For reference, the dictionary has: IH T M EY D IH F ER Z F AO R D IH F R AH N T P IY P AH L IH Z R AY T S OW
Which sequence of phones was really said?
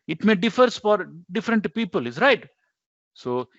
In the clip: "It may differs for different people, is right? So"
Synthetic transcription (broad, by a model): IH T M EY D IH F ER S F AO R D IH F R AH N T P IY P AH L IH S R AY T S OW